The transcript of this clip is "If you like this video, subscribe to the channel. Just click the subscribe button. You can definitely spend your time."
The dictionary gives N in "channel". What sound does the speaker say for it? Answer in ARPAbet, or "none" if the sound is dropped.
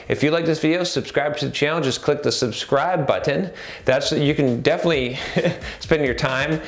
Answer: L